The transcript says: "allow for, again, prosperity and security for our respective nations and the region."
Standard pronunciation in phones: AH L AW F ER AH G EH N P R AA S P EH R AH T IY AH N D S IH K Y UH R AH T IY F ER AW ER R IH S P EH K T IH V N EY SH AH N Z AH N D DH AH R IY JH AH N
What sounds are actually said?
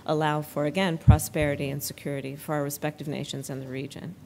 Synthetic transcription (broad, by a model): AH L AW F ER AH G EH N P R AA S P EH R AH T IY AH N S IH K Y UH R AH T IY F ER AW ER R IH S P EH K T IH V N EY SH AH N Z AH N DH AH R IY JH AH N